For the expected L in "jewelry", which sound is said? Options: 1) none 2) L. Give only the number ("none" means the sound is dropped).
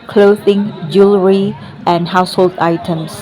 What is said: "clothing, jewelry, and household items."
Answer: 2